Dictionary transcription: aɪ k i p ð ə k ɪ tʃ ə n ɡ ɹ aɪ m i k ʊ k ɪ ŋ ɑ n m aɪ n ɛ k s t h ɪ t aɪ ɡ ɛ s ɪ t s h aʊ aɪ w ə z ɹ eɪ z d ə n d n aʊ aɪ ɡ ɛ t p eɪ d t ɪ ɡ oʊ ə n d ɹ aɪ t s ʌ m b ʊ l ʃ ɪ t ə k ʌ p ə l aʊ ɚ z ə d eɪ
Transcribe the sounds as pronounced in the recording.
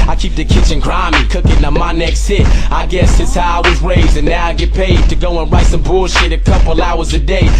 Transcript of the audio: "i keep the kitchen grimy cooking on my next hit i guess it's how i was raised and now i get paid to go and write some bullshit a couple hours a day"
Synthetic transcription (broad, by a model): aɪ k i p ð ə k ɪ tʃ ə n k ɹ aɪ m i k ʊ k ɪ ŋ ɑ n m aɪ n ɛ k s t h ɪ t aɪ ɡ ɛ s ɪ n s h aʊ aɪ w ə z ɹ eɪ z ə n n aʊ aɪ ɡ ɛ t p eɪ d t ɪ ɡ oʊ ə n ɹ aɪ t s ʌ m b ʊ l ʃ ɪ t ə k ʌ p l aʊ ɚ z ə d eɪ